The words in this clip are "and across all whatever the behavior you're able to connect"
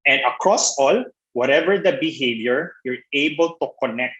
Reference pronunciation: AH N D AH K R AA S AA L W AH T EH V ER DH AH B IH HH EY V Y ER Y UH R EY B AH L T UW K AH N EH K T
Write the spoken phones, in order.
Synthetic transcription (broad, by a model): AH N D AH K R AA S AA L W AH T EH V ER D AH B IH HH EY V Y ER Y UH R EY B AH L T UW K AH N EH K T